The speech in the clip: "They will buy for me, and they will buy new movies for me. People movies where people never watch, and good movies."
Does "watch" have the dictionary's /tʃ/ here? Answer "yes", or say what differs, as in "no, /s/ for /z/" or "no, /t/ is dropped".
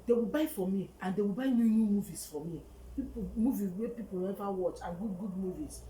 yes